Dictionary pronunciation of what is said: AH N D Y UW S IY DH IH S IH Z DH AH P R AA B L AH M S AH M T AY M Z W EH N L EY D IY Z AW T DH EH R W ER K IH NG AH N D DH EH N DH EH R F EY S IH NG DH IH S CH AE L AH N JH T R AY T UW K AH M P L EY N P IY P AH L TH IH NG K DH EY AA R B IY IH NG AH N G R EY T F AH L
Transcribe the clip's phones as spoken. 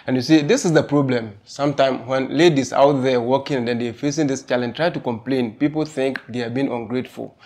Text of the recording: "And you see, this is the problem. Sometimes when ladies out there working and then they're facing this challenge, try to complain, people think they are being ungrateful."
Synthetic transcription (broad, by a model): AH N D Y UW S IY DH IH S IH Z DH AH P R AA B L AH M S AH M T AY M W EH N L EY D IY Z AW T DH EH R W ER K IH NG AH N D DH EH N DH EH F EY S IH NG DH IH S CH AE L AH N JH T R AY T UW K AH M P L EY N P IY P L TH IH NG K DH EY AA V B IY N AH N G R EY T F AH L